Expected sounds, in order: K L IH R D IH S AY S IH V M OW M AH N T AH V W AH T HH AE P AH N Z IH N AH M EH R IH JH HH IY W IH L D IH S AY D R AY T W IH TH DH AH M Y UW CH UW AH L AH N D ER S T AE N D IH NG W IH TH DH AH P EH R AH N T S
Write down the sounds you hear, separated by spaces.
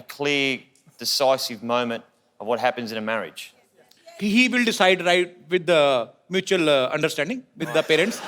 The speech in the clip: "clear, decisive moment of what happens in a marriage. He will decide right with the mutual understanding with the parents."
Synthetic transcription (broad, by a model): K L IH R D IH S AY S IH V M OW M AH N T AH V W AH T HH AE P AH N Z IH N AH M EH R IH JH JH IY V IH L D IH S AY D R AY T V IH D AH M Y UW CH UW AH L AH N D ER S T AE N D IH NG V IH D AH P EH R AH N T S